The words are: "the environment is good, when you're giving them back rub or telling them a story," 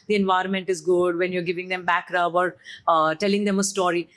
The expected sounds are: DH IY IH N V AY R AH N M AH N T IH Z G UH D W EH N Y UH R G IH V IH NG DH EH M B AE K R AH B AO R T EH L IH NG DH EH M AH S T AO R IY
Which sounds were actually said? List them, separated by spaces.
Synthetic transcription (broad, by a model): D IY IH N V AY R AH N M AH N T IH Z G UH D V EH N Y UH R G IH V IH NG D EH M B AE K R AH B AO R T EH L IH NG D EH M AH S T AO R IY